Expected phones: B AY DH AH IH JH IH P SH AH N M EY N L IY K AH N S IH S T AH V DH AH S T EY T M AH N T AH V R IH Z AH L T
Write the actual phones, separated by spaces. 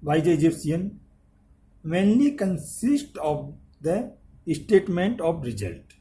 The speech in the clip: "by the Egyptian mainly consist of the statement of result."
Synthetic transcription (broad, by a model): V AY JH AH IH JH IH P S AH N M EY N L IY K AH N S IH S T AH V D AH S T EY T M AH N T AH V R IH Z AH L T